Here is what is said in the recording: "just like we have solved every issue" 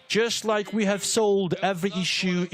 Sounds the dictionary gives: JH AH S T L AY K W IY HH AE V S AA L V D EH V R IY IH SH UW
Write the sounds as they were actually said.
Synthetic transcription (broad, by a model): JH AH S T L AY K W IY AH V S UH L D EH V R IY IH SH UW